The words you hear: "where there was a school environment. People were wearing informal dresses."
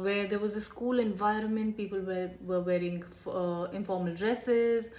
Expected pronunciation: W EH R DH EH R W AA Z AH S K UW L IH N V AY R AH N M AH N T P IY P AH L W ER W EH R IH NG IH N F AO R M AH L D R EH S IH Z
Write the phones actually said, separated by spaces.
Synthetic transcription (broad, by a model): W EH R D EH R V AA Z AH S K UW L IH N V AY R AH N M AH N T P IY P AH L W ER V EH R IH NG IH N F AO R M AH L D R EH S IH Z